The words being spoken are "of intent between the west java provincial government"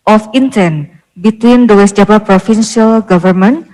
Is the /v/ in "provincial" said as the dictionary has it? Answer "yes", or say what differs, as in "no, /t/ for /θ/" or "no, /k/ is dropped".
no, /f/ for /v/